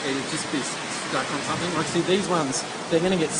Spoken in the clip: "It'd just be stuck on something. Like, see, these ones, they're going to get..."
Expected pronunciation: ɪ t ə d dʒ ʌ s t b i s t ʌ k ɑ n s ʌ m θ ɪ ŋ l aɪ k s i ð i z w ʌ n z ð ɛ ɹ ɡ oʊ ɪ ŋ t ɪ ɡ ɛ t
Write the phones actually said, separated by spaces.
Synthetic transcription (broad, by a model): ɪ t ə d dʒ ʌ s b i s s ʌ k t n s ʌ m θ ɪ ŋ w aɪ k s i ð i z w ʌ n z ð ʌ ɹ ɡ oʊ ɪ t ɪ ɡ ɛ t